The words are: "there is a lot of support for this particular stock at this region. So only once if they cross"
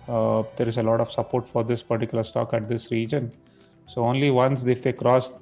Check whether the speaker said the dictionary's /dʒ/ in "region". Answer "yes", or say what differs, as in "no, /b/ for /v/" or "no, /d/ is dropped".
yes